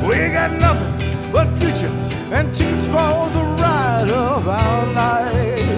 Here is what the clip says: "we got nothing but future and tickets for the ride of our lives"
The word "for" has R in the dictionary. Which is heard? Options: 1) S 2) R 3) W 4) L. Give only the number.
4